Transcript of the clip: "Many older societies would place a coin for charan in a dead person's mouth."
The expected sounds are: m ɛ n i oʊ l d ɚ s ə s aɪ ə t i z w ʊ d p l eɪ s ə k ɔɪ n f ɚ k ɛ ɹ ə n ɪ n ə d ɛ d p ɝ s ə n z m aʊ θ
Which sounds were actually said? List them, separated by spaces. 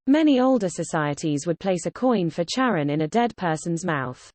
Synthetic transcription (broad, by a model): m ɛ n i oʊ l d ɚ s ə s aɪ ə t i z w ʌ d p l eɪ s ə k ɔɪ n f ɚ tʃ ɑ ɹ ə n ɪ n ə d ɛ d p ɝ s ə n z m aʊ θ